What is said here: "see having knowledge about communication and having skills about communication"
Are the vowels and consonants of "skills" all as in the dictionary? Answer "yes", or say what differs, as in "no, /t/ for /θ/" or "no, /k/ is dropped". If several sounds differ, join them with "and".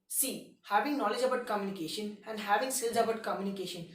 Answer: no, /k/ is dropped